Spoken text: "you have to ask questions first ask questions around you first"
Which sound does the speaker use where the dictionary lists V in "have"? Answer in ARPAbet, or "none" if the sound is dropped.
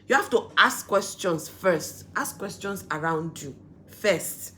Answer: F